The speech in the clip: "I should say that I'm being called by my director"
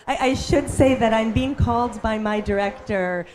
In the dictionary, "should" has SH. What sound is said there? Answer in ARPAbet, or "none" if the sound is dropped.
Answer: SH